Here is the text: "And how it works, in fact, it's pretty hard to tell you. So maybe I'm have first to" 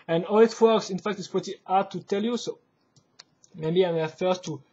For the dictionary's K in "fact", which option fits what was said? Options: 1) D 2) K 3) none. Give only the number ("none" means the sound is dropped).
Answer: 2